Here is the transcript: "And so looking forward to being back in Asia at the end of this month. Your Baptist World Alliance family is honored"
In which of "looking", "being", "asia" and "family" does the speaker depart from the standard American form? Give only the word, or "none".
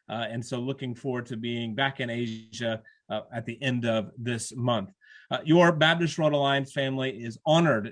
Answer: none